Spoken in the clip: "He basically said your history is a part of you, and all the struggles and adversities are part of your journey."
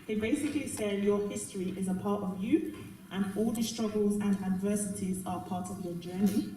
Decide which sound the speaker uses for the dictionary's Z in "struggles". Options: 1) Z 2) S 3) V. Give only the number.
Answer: 1